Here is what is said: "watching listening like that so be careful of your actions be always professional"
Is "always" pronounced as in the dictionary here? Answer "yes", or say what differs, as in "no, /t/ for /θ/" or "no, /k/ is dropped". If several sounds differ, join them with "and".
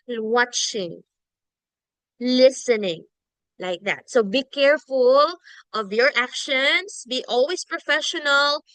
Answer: no, /s/ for /z/